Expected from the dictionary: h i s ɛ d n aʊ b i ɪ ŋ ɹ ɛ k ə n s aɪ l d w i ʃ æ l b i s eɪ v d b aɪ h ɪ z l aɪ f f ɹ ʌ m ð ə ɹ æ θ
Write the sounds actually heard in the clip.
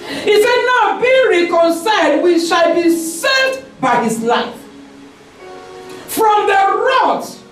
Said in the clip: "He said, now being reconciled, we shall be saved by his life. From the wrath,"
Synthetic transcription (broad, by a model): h i s ɛ d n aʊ b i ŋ ɹ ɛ k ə n s aɪ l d w i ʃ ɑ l b i s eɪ d b aɪ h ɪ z l aɪ f f ɹ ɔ m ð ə ɹ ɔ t